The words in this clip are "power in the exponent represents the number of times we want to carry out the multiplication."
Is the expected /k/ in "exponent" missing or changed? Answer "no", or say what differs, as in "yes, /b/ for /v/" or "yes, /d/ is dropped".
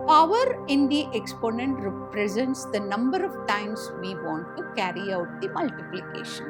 no